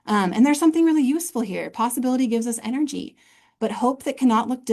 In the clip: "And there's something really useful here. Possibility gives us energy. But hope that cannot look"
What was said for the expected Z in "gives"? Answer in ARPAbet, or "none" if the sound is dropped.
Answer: Z